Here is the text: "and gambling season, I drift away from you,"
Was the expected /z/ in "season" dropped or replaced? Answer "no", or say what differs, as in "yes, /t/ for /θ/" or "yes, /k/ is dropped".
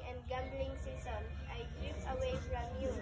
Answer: yes, /s/ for /z/